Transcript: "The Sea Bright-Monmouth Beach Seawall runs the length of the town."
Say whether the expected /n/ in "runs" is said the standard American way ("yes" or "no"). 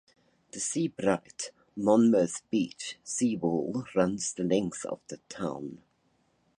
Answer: yes